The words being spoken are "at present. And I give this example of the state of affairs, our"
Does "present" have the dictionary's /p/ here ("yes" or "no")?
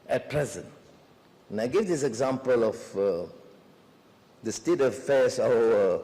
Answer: yes